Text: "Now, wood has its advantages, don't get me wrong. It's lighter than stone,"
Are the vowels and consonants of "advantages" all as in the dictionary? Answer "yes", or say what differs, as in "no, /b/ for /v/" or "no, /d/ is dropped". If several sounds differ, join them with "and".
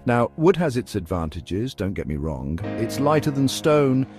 yes